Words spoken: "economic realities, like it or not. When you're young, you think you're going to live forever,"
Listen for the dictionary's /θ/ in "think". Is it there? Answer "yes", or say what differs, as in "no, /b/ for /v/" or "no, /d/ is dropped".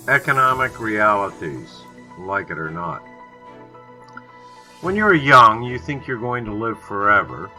yes